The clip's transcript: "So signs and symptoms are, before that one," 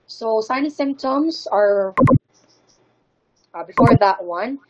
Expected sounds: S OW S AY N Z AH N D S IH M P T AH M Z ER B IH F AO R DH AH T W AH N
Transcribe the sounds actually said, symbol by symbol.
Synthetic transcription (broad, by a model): S OW S AY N AH S IH M P T AH M Z ER B IH F AO R DH AH T W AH N